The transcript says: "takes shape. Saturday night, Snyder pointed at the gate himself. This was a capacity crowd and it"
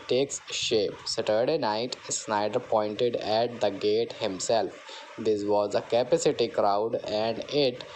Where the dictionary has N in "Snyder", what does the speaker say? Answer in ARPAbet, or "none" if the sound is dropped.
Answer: N